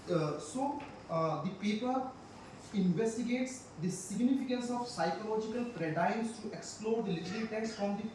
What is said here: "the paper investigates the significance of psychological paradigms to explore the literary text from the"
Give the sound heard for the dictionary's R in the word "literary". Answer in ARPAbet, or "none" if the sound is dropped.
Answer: L